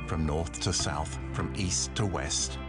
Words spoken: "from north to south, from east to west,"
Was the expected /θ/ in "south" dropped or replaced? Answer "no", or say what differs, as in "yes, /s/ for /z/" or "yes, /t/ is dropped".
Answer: no